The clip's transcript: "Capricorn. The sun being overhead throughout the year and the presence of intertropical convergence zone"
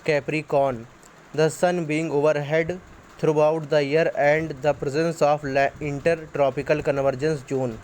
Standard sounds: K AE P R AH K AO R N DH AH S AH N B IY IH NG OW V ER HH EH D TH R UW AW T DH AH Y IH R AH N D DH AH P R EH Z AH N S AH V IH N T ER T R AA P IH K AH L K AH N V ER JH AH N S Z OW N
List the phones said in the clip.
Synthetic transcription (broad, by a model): K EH P R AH K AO N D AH S AH N B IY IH NG OW V ER HH EH D T R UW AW T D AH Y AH R AH N D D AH P R EH Z AH N S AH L IH N T ER T R AA P IH K AH L K AH N V ER JH AH N S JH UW N